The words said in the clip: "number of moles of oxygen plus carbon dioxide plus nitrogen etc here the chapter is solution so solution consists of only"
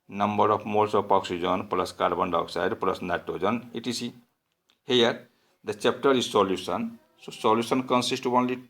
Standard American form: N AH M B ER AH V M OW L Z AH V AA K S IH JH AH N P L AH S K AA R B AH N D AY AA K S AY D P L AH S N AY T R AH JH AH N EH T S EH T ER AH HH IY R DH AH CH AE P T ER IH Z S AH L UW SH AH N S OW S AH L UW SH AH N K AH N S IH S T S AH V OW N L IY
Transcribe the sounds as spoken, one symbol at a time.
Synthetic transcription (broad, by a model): N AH M B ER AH P M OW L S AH P AA K S IH JH AH N P L AH S K AA R B AH N D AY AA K S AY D P L AH S N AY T AH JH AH N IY T S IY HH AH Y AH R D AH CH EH P T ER IH Z S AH L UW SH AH N S OW S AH L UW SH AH N K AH N S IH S T AH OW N L IY